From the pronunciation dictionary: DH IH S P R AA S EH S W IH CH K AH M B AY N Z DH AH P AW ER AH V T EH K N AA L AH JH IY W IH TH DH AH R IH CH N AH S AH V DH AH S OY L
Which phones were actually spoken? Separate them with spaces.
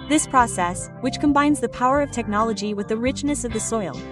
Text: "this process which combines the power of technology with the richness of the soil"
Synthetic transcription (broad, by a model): DH IH S P R AA S EH S W IH CH K AH M B AY N Z DH AH P AW ER AH V T EH K N AA L AH JH IY W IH DH AH R IH CH N AH S AH V DH AH S OY L